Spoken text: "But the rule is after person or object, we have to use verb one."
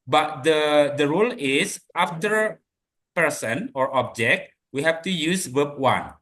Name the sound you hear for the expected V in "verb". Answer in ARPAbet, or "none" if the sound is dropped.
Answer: W